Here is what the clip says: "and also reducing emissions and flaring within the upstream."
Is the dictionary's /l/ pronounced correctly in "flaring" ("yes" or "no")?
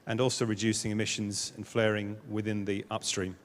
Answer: yes